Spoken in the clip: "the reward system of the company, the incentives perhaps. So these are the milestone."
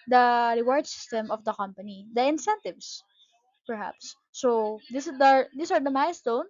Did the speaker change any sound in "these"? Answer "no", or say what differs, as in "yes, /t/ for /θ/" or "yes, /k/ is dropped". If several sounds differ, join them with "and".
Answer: yes, /s/ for /z/